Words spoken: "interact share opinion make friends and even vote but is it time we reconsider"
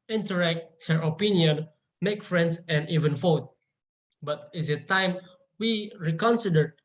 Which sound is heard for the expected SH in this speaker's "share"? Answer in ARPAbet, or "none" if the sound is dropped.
S